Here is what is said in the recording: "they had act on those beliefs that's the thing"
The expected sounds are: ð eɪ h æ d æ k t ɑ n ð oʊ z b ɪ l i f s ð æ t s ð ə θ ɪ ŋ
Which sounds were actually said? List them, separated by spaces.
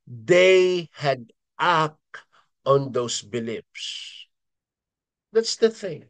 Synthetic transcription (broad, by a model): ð eɪ h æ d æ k ɑ n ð oʊ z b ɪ l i p s ð æ t s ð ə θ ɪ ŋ